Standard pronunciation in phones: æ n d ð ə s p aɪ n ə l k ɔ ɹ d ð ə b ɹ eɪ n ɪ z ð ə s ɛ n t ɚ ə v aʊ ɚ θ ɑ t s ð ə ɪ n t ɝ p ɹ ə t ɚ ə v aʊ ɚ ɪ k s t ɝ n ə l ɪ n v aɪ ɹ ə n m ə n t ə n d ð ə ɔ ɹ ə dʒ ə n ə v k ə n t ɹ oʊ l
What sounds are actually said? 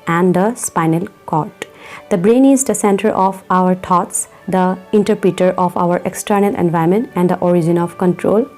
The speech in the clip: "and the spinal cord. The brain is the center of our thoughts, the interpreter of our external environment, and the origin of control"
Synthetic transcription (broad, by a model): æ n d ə s p aɪ n ə l k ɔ ɹ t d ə b ɹ eɪ n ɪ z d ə s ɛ n t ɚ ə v aʊ ɚ t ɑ t s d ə ɪ n t ɝ p ɹ ə t ɚ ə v aʊ ɚ ɪ k s t ɝ n ə l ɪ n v aɪ ə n m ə n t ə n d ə ɔ ɹ ə dʒ ə n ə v k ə n t ɹ oʊ l